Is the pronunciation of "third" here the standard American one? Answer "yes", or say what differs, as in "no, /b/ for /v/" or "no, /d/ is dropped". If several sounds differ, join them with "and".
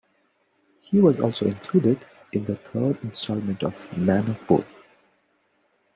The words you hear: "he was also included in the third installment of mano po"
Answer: no, /t/ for /θ/